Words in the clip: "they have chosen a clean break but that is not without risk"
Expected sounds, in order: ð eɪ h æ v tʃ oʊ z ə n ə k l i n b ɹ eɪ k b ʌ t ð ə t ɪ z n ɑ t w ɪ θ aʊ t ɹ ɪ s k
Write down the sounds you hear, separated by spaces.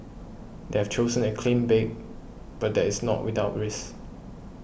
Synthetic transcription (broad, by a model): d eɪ h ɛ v tʃ oʊ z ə n ə k l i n b eɪ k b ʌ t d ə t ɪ s n ɑ t w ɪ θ aʊ t ɹ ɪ s